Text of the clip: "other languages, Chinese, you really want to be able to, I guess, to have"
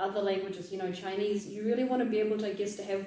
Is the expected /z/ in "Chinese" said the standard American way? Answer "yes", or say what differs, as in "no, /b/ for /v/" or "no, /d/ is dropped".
yes